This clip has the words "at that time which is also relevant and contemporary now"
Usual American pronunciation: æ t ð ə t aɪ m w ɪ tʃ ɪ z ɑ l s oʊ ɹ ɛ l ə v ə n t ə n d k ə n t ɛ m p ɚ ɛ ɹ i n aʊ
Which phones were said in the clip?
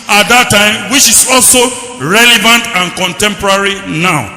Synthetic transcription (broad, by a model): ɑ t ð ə t aɪ m w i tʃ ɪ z ɑ l s oʊ ɹ ɛ l ə v ə n t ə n k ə n t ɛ m p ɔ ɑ ɹ i n aʊ